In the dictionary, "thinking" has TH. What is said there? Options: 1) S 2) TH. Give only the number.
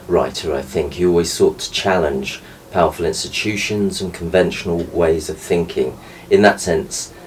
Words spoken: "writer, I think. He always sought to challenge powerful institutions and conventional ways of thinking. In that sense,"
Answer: 2